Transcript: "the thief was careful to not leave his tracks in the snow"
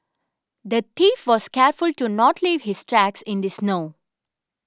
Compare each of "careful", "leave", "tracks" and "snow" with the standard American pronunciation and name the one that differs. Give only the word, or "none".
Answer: none